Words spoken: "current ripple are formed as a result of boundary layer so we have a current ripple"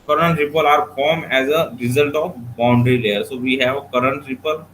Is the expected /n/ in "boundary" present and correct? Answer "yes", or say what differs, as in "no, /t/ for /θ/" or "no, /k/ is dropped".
yes